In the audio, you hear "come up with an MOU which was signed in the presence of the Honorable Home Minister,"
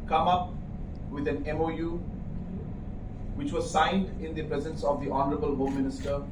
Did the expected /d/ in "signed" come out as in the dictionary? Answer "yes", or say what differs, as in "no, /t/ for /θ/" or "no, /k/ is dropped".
yes